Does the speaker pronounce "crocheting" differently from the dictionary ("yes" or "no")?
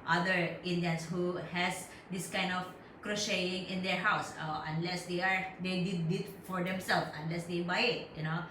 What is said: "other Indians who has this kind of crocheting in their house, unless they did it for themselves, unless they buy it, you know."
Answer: no